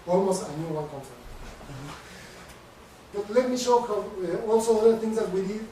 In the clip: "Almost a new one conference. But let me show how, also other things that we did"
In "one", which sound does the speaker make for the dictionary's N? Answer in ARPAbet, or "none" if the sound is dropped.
L